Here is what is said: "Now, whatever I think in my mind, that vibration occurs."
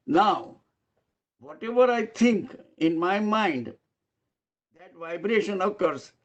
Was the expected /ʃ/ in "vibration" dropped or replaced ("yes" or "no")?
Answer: no